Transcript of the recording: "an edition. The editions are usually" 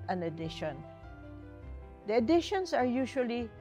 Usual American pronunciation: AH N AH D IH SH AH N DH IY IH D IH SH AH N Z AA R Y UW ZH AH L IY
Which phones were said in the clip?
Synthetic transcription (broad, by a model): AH N AH D IH SH AH N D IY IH D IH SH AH N S AA R Y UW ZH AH L IY